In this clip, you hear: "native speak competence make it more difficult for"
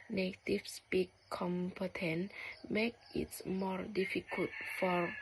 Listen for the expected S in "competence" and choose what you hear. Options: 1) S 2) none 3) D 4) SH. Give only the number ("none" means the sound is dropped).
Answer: 2